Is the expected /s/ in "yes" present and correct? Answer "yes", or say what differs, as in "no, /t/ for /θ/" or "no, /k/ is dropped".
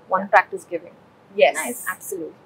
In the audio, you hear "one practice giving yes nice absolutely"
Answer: no, /s/ is dropped